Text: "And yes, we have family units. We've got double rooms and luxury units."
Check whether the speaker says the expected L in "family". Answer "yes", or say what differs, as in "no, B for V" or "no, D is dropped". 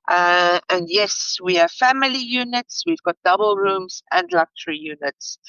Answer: yes